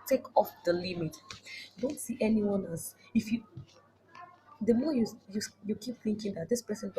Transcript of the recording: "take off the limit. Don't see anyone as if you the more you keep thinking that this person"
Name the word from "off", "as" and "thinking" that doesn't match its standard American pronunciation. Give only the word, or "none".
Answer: as